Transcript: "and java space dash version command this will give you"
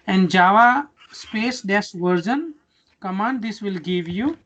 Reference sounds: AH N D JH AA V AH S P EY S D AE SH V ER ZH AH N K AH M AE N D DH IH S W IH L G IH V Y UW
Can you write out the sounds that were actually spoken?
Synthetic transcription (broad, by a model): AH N D JH AA V AH S P EY S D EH S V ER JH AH N K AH M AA N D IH S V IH L G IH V Y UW